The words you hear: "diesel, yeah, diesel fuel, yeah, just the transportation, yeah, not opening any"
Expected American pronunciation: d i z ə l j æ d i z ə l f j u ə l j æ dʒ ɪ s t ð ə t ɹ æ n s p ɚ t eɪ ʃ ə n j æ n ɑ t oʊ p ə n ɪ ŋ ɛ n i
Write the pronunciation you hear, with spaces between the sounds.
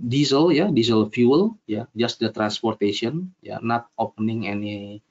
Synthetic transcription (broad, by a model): d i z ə l j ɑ d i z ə l f j u ə l j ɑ dʒ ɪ s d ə t ɹ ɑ n s p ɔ t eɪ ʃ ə n j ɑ n ɑ t oʊ p ə n ɪ ŋ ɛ n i